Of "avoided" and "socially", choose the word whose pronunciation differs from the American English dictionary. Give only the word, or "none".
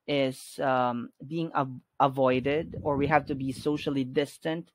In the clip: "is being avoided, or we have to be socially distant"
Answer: none